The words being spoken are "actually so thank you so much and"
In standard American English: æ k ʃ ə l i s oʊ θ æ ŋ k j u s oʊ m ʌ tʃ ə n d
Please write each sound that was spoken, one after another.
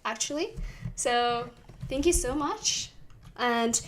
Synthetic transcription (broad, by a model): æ k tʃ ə l i s oʊ θ æ ŋ k j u s oʊ m ʌ tʃ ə n